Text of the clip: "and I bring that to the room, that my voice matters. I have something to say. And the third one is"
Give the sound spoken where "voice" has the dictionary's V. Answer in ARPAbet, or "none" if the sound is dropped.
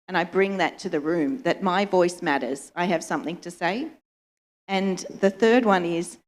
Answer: V